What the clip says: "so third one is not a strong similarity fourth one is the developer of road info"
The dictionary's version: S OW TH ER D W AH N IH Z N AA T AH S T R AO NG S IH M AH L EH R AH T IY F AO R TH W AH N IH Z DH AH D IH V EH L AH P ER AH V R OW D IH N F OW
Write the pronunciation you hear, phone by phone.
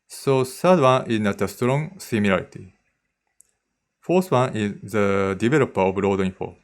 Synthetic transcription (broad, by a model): S OW S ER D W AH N IH Z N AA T AH S T R AO NG S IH M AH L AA R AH T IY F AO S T W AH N IH Z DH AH D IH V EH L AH P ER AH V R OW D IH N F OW